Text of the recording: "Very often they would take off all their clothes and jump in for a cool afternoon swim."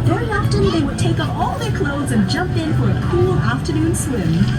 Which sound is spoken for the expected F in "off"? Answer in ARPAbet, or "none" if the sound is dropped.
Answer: P